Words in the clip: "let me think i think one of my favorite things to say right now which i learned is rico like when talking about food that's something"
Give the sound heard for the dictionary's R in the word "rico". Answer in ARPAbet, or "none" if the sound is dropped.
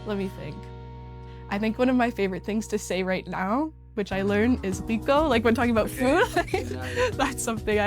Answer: W